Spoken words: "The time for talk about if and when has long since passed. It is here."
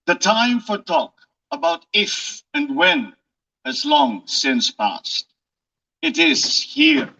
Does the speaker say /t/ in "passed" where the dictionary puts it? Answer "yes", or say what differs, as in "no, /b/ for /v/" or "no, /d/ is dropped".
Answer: yes